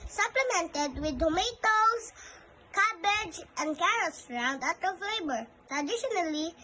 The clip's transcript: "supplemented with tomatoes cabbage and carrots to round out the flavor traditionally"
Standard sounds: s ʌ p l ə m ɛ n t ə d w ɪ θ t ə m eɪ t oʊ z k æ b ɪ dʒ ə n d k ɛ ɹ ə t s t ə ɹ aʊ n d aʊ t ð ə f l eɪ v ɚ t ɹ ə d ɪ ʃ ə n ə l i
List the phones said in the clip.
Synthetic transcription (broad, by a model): s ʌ p l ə m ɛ n t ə d w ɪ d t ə m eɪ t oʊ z k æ b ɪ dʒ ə n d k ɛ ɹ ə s ɹ aʊ n d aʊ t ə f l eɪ b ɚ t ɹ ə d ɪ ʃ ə n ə l i